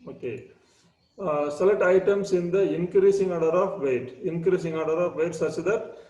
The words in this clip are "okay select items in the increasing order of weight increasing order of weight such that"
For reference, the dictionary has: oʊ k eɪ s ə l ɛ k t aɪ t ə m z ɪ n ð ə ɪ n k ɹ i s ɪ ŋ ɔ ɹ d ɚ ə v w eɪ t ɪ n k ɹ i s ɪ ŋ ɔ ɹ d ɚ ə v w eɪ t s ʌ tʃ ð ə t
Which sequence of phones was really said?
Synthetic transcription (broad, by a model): oʊ k eɪ s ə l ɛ t aɪ t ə m s ɪ n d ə ɪ n k ɹ i s ɪ ŋ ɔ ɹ d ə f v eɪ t ɪ n k ɹ i s ɪ ŋ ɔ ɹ d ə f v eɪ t s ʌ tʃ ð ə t